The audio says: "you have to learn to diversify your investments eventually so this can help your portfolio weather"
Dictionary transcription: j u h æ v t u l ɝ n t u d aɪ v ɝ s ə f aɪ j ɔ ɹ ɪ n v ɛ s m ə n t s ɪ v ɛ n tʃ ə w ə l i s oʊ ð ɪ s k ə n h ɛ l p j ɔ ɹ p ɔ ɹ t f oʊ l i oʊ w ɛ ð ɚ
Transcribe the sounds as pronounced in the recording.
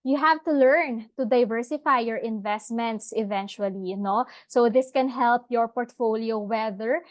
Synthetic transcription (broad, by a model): j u h æ v t u l ɝ n t u d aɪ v ɝ s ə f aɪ j ɔ ɹ ɪ n v ɛ s m ə n t s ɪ v ɛ n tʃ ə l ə n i s oʊ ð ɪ s k ə n h ɛ l p j ɔ ɹ p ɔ ɹ t f oʊ l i oʊ w ɛ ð ɚ